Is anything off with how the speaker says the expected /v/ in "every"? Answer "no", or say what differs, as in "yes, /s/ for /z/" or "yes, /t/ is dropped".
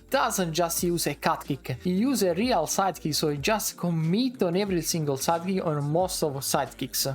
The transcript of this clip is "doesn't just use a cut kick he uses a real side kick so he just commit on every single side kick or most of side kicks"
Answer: no